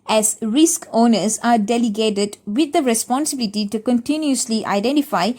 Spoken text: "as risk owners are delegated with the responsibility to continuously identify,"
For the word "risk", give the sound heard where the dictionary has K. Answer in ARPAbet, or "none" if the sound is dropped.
K